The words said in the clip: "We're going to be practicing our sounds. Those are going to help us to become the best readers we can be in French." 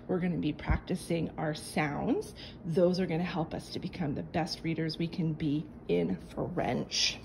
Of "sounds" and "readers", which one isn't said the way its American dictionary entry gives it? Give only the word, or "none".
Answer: none